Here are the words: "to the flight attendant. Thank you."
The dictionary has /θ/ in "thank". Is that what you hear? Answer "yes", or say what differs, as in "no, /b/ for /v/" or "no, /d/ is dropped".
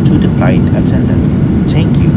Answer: no, /t/ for /θ/